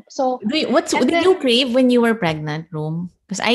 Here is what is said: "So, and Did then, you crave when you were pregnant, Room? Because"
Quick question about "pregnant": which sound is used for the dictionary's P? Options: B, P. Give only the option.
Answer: P